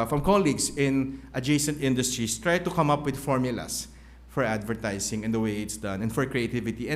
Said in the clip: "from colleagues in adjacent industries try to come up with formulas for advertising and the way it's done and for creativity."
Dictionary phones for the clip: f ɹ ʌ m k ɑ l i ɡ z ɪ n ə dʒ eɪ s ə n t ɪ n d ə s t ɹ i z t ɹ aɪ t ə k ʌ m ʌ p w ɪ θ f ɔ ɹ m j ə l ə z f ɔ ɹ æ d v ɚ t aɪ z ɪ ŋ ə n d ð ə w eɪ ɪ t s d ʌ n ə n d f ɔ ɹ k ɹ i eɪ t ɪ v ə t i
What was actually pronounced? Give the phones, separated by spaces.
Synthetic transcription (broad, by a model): f ɹ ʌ m k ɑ l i ɡ s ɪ n ə dʒ eɪ s ə n t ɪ n d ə s t ɹ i s t ɹ aɪ t ə k ʌ m ʌ p w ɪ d f ɔ ɹ m j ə l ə s f ɔ ɹ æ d v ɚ t aɪ s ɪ ŋ ə n d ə w eɪ ɪ t s d ʌ n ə n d f ɔ ɹ k ɹ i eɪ t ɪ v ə t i